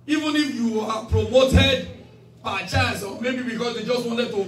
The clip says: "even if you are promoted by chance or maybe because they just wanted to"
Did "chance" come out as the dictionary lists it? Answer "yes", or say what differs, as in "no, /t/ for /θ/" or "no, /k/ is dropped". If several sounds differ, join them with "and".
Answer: no, /n/ is dropped